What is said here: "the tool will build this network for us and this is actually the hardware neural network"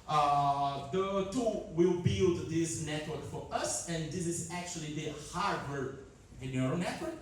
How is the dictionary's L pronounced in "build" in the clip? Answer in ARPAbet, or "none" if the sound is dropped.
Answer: L